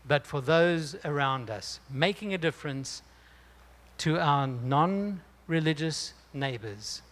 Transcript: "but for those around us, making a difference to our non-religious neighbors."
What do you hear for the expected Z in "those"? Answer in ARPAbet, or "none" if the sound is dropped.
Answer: Z